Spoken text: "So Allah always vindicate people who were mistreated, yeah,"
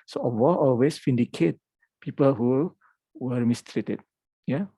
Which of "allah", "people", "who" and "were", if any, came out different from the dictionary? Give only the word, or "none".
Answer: allah